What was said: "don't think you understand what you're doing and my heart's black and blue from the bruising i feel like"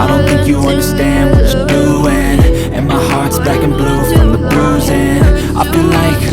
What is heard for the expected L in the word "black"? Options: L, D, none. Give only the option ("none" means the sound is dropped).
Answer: none